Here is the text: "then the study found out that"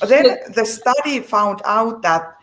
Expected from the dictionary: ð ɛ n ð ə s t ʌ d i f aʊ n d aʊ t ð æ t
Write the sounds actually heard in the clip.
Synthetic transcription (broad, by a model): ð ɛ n ð ə s t ʌ d i f aʊ n d aʊ t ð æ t